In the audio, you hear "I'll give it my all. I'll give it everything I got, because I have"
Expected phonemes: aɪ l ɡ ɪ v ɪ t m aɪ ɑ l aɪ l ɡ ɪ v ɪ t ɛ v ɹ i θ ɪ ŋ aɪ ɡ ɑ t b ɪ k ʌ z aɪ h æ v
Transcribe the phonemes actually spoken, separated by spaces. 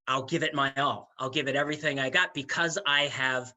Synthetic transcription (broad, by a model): aɪ l ɡ ɪ v ɪ t m aɪ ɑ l aɪ l ɡ ɪ v ɪ t ɛ v ɹ i θ ɪ ŋ aɪ ɡ ɑ t b ɪ k ʌ z aɪ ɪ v